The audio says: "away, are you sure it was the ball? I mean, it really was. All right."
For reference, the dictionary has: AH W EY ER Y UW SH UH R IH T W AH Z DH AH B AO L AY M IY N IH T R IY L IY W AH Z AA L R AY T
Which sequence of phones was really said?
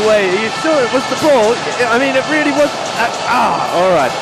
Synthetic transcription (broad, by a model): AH W EY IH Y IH S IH L IH T W AH Z DH AH B AO L AY M IY N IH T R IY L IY W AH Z AA L R AY T